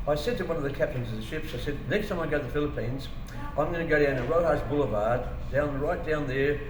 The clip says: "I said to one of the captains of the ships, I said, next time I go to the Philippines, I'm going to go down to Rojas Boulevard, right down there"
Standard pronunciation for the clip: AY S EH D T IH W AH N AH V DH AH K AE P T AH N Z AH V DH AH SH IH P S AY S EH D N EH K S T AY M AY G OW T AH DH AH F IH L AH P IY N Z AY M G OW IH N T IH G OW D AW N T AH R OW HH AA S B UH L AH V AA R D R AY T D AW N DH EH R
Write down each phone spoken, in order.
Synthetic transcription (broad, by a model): AY S EH D T IH W AH N AH V DH AH K AE P T AH N Z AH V DH AH SH IH P S AY S EH D N EH K S T AY M AY G OW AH DH AH F IH L AH P IY N Z AY M G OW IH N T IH G OW D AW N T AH R OW HH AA S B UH L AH V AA R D R AY T D AW N DH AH R